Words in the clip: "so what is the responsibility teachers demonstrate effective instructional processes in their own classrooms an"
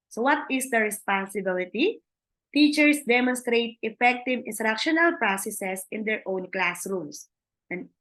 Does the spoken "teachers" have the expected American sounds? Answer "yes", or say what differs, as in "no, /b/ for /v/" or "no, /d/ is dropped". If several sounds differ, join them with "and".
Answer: no, /s/ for /z/